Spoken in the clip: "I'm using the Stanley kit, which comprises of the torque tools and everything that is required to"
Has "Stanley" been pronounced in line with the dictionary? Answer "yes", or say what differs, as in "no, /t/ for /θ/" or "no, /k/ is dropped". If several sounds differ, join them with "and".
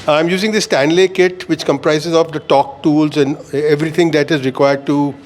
yes